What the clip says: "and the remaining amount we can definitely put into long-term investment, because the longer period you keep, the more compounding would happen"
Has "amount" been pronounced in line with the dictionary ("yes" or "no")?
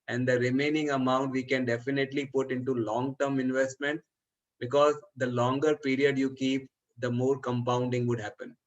yes